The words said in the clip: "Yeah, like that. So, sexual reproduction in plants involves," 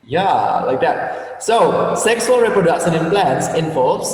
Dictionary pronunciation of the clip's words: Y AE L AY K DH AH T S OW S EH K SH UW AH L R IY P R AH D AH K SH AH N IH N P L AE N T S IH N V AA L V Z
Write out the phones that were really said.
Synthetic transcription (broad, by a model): Y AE L AY K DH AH T S OW S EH K S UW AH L R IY P R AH D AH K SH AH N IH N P L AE N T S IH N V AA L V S